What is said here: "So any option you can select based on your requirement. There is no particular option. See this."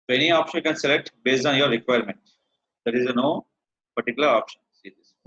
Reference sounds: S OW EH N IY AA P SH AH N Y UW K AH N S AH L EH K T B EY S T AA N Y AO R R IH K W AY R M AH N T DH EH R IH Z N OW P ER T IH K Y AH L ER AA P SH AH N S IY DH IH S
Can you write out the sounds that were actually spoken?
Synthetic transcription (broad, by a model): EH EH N IY AA P SH AH N K AH N S AH L EH K T B EY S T AA N Y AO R R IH K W AY R M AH N T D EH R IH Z N OW P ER T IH K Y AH L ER AA P SH AH N S IY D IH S